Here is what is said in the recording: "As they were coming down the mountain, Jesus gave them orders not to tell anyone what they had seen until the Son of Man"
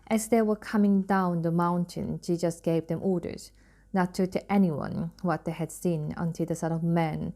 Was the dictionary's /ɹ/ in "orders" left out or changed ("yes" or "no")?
no